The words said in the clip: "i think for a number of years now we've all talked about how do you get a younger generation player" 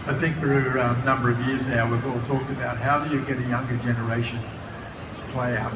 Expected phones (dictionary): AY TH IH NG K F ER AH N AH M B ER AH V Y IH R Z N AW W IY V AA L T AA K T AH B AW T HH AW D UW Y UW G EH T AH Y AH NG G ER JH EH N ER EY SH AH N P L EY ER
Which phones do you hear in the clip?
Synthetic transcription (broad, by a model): AY TH IH NG K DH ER AH N AH M B ER AH V Y IH R Z N AW W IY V AA L T AA K T AH B AW T HH AW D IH Y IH G EH T AH Y AH NG G ER JH EH N ER EY SH AH N P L EY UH